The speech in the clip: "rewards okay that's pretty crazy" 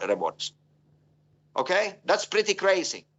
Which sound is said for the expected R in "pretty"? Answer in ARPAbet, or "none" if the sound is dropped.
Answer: R